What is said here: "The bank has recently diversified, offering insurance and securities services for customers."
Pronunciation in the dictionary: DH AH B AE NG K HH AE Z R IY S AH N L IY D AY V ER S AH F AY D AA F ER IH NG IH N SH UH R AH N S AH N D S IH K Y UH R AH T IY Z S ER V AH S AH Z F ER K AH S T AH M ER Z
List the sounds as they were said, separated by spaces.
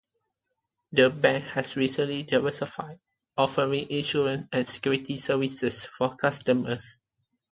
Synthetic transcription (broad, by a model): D AH B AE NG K HH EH S R IY S AH N L IY D AY V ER S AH F AY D AA F ER IH NG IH N SH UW R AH N S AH N S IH K Y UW R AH T IY S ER V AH S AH S F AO K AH S T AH M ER S